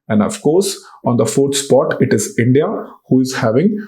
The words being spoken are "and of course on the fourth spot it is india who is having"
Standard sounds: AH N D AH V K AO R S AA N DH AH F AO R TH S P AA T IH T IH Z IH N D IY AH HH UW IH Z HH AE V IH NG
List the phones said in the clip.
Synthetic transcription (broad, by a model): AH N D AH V K AO R S AA N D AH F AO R T S P AA T IH T IH Z IH N D IY AH HH UW IH Z HH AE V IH NG